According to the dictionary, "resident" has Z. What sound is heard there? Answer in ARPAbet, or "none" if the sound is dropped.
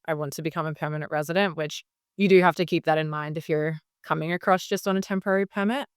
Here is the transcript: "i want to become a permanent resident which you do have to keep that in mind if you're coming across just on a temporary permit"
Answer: Z